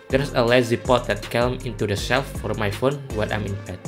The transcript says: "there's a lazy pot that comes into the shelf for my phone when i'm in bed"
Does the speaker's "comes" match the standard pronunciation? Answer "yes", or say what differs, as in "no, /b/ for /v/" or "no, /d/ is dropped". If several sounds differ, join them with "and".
no, /z/ is dropped